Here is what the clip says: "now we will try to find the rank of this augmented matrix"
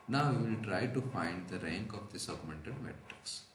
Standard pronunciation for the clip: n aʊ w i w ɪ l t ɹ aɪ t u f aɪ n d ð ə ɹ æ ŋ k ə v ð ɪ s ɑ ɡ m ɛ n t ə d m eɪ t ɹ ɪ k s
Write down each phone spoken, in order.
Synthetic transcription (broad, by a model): n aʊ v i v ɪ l t ɹ aɪ t u f aɪ n d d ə ɹ æ ŋ k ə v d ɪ s ɑ ɡ m ɛ n t ə d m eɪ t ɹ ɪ k s